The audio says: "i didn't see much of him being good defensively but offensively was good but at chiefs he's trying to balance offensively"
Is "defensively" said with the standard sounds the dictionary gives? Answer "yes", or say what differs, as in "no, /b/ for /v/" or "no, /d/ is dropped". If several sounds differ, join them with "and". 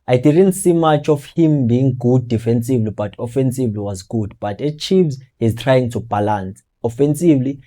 yes